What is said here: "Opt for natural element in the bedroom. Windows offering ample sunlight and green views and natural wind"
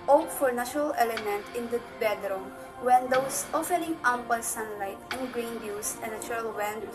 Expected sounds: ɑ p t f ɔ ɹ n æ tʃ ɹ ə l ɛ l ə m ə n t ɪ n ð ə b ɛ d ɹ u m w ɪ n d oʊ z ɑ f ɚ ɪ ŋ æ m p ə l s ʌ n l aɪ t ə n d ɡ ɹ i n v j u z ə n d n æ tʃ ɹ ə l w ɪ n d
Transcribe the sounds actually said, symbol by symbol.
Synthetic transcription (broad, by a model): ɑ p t f ɔ ɹ n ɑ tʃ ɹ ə l ɛ l ə m ə n t ɪ n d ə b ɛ d ɹ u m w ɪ n d oʊ s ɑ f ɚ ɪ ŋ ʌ m p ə l s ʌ n l aɪ t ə n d ɡ ɹ i n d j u s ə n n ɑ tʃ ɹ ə l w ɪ n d